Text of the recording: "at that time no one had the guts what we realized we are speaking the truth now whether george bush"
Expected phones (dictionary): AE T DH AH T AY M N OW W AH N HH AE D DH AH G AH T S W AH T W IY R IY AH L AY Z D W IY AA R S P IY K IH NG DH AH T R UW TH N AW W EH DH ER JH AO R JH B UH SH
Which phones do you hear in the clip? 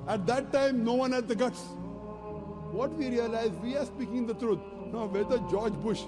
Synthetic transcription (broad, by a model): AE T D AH T AY M N OW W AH N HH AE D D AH G AH T S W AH T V IY R IY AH L AY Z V IY AA R S P IY K IH NG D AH T R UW T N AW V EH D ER JH AO R JH B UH SH